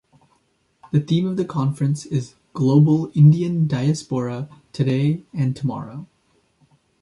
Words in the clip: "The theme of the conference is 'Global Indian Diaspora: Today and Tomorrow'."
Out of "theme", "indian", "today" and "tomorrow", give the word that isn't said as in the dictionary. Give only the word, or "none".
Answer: none